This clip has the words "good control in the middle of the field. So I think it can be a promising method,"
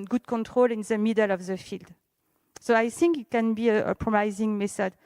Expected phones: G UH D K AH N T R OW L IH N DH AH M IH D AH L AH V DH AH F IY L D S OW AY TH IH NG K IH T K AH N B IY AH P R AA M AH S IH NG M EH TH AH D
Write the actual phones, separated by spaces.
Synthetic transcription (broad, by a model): G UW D K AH N T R OW L IH N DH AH M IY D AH L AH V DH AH F IY L D S OW AY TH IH NG K IH T K AH N B IY AH P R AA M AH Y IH NG M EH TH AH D